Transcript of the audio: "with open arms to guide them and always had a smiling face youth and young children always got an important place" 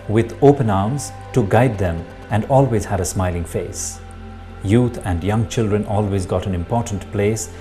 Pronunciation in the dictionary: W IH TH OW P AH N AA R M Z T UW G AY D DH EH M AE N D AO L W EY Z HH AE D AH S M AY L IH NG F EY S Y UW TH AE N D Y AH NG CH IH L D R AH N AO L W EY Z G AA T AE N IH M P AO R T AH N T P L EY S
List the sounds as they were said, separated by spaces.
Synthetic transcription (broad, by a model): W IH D OW P AH N AA R M Z T UW G AY D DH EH M AE N D AO L W EY Z HH AE D AH S M AY L IH NG F EY S Y UW T AE N D Y AH NG CH IH L D R AH N AO L W EY Z G AA T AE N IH M P AO R T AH N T P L EY S